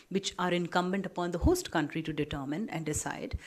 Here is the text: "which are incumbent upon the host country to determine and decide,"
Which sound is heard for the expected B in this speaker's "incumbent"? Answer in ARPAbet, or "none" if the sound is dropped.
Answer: B